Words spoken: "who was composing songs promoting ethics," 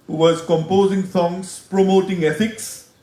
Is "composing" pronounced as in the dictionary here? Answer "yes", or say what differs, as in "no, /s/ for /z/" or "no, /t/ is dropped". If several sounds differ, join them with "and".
yes